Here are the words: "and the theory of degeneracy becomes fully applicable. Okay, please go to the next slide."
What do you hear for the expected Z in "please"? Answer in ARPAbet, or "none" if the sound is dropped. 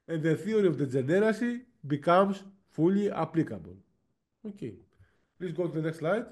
S